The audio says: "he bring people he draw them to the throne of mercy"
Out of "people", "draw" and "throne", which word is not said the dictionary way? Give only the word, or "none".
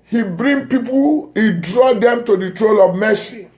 throne